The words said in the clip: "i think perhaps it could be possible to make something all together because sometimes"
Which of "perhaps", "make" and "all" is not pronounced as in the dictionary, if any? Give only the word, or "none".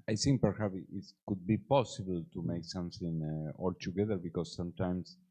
perhaps